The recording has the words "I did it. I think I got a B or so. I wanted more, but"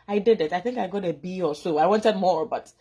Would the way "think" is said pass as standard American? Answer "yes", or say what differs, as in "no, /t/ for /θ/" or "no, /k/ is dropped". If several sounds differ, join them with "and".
yes